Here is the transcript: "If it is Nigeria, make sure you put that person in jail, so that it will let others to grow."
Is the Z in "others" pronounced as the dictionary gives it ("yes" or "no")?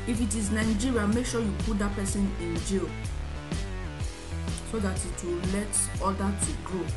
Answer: no